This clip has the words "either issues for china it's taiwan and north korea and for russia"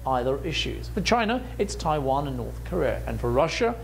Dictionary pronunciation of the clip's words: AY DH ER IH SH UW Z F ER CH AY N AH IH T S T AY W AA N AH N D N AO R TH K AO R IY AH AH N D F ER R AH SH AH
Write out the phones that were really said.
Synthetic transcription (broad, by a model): AY DH ER IH SH UW Z F ER CH AY N AH IH T S T AY W AA N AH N N AO R TH K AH R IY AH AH N F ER R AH SH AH